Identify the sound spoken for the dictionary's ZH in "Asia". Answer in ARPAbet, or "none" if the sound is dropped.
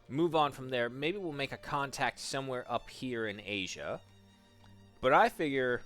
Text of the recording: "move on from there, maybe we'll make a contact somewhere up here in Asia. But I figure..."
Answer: ZH